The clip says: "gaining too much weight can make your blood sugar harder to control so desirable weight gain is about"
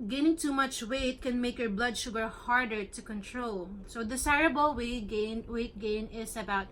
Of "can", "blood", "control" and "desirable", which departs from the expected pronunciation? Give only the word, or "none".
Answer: desirable